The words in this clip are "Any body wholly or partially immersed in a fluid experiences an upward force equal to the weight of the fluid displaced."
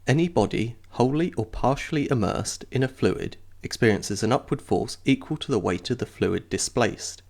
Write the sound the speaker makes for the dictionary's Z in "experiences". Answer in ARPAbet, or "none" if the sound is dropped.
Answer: Z